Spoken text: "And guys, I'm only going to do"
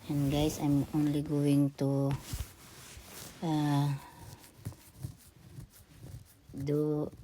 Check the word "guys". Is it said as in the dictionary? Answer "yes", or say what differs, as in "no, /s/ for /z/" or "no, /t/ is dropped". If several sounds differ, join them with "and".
no, /s/ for /z/